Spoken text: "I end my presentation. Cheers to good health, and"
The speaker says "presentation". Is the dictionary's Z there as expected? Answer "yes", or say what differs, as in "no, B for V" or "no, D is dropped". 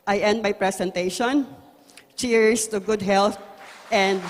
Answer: no, S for Z